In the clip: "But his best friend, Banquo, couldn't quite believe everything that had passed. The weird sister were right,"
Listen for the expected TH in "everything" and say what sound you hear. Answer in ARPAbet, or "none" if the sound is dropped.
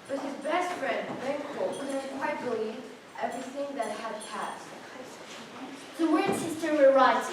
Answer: TH